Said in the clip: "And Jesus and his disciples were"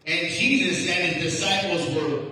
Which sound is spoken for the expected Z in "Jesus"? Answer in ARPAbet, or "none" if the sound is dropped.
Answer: Z